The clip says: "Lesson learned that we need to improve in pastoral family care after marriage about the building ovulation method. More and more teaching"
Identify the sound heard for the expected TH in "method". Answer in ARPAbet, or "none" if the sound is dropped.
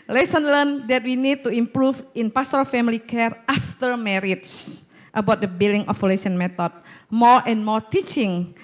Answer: T